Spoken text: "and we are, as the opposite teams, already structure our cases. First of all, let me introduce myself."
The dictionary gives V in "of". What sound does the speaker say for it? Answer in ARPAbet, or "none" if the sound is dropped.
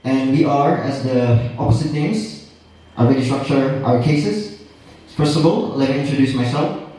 B